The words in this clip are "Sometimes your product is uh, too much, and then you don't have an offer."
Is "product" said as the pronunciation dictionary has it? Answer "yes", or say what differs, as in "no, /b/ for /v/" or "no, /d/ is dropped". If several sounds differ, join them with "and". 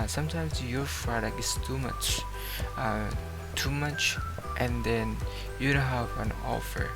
no, /f/ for /p/